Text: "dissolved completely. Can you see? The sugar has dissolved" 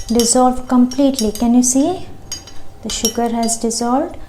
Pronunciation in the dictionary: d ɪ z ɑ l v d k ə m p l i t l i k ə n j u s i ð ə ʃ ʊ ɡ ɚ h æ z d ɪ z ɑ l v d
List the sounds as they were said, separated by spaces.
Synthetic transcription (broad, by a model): d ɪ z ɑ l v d k ə m p l i t l i k ə n j u s i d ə ʃ ʊ ɡ ɚ h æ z d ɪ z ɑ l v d